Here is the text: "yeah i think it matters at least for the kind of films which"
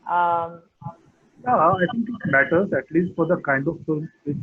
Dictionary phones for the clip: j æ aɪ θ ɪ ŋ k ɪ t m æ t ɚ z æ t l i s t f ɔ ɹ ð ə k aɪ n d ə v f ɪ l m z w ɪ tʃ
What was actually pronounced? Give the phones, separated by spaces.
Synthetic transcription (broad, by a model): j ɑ aɪ t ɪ ŋ k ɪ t m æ t ɚ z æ t l i s t f ɔ ɹ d ə k aɪ n d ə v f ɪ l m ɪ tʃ